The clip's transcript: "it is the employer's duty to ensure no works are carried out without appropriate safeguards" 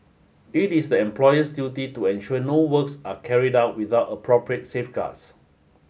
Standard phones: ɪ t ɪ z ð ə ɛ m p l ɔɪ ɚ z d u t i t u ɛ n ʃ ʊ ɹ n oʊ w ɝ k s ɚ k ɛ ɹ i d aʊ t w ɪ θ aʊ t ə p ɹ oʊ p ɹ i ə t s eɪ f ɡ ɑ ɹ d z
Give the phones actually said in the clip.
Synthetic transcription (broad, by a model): ɪ t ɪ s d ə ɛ m p l ɔɪ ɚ s d u t i t u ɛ n ʃ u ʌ n oʊ w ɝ k s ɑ k ɛ ɹ i d aʊ t w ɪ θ aʊ t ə p ɹ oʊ p ɹ i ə t s eɪ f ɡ ɑ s